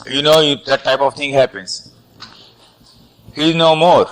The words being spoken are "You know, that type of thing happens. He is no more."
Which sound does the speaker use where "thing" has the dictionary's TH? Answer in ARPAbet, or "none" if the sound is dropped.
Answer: T